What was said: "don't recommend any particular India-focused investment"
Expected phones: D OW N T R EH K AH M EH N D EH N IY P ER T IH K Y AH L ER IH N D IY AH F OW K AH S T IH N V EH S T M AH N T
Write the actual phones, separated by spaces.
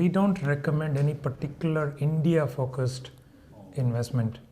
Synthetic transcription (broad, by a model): D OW N T R EH K AH M EH N D EH N IY P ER T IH K Y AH L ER IH N D IY AH F OW K AH S T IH N V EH S T M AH N T